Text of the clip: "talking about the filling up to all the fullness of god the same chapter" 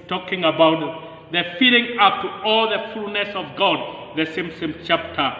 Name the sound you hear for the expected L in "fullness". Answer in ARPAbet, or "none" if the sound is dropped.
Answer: none